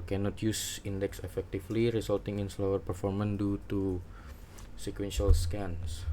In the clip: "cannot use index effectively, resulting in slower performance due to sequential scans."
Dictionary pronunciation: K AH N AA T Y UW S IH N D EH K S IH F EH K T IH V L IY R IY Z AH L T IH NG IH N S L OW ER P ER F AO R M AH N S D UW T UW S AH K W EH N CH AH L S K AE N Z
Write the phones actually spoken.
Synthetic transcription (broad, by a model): K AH N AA T Y UW S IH N D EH K S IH F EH K T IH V L IY R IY S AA L T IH NG IH N S L OW ER P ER F AO R M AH N D UW T UW S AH K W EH N SH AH L S K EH N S